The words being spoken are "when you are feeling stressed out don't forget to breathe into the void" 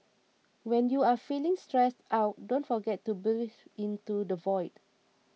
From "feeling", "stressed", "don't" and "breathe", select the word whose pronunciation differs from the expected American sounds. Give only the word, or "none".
breathe